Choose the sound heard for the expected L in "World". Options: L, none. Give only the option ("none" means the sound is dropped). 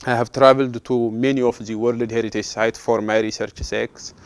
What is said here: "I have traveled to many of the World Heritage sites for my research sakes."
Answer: L